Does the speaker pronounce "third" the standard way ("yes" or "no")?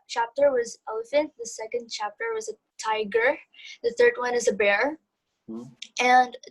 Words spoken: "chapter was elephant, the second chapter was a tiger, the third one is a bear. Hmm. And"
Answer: yes